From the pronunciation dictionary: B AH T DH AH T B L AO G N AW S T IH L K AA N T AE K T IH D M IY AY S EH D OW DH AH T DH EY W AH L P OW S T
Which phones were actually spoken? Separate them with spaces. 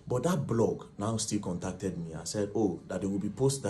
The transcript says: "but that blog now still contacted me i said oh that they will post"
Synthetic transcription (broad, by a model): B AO T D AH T B L AO G N AW S T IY L K AA N T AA K T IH D M IY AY S EH D OW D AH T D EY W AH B P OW S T